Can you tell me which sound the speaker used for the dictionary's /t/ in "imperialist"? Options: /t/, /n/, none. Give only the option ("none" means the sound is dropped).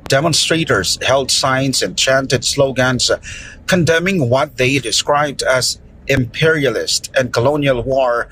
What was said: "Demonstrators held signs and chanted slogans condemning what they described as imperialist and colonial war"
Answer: /t/